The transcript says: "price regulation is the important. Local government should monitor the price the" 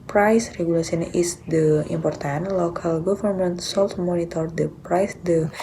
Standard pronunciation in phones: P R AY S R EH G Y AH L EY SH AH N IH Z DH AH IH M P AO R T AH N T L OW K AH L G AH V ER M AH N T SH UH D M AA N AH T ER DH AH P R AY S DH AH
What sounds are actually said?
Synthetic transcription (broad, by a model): P R AY S R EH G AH L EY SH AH N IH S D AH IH M P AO R T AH N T L OW K AH L G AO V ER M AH N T S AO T M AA N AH T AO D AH P R AY S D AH